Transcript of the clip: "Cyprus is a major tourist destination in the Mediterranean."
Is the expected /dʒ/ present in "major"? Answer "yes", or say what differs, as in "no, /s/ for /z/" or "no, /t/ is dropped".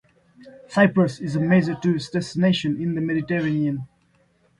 no, /z/ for /dʒ/